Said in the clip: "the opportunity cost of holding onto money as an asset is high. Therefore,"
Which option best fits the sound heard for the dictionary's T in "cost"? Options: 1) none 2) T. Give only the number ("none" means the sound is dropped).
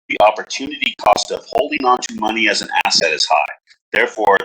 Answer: 2